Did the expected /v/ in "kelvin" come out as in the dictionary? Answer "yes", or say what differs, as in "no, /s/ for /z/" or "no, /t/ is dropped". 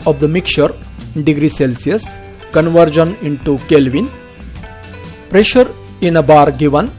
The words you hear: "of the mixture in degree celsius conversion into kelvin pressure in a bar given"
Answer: yes